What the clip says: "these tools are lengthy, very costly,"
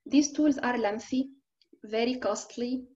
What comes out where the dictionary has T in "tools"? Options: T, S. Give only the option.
T